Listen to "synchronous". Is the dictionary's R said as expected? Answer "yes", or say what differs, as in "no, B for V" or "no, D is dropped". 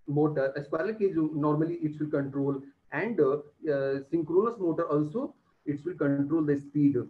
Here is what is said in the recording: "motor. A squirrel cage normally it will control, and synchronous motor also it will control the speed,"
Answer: yes